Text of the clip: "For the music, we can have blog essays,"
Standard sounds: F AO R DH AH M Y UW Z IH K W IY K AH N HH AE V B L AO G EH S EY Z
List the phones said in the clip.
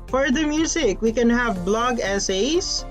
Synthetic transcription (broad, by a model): F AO R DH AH M Y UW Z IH K W IY K AH N HH AE V B L AO G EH S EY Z